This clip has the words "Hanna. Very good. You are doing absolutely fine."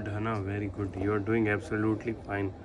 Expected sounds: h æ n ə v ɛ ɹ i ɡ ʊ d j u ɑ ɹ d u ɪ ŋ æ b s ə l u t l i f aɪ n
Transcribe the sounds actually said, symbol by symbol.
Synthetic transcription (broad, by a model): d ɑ n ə v ɛ ɹ i ɡ ʊ d j u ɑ ɹ d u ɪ ŋ æ b s ə l u t l i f aɪ n